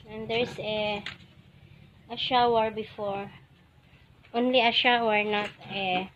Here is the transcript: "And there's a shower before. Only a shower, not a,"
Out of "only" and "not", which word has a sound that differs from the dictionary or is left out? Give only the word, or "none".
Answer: none